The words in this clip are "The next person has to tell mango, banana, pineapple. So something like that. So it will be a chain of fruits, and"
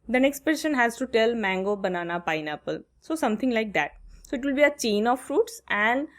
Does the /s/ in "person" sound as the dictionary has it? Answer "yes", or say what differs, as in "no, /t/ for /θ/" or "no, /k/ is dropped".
no, /ʃ/ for /s/